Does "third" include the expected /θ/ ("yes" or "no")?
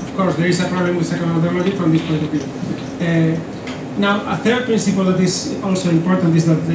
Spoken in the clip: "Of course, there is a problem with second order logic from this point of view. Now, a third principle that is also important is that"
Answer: yes